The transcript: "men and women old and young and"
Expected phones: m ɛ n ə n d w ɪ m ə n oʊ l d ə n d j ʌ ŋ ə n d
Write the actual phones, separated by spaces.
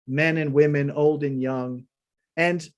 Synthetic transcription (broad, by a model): m ɛ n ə n w ɪ m ə n oʊ l d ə n j ʌ ŋ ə n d